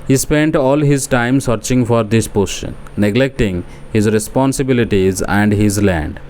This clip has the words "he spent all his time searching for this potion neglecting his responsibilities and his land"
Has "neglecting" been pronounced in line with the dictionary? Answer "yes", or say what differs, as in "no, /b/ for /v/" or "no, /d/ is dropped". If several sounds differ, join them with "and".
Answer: yes